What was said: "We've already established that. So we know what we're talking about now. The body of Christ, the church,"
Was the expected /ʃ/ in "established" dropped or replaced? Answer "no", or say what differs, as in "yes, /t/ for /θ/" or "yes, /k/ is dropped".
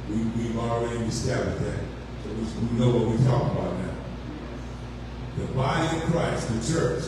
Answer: yes, /ʃ/ is dropped